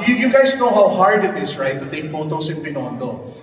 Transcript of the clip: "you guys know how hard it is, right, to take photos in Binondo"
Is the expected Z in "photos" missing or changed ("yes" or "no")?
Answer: yes